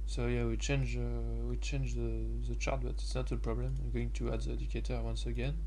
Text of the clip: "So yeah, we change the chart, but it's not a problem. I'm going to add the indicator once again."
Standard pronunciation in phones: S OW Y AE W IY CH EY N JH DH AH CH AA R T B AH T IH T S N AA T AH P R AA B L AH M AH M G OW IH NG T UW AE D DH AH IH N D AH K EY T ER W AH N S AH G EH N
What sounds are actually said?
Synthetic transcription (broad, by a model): S OW Y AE W IY CH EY N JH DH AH CH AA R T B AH T IH T S N AA T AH P R AA B L AH M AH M G OW IH NG T UW AE D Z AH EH D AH K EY T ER W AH N S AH G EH N